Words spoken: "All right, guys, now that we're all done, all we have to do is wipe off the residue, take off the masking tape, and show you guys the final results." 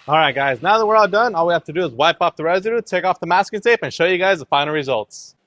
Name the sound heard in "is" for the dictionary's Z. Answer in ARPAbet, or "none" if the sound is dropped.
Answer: Z